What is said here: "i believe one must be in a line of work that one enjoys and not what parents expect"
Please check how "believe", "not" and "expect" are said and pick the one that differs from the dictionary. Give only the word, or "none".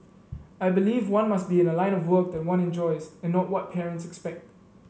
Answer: none